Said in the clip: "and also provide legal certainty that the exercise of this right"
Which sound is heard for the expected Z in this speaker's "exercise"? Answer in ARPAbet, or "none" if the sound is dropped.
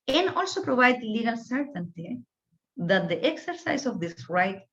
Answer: S